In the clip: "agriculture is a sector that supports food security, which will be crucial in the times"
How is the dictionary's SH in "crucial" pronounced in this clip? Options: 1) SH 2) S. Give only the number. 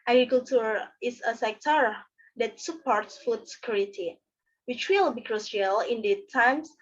2